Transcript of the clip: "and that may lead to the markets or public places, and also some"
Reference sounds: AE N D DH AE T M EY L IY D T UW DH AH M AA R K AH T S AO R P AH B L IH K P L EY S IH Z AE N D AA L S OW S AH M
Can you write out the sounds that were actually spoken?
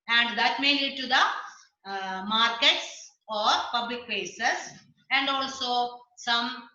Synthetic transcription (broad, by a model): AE N D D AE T M EY L IY D T UW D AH M AA R K AH T S AO R P AH B L IH K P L EY S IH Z AE N D AA L S OW S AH M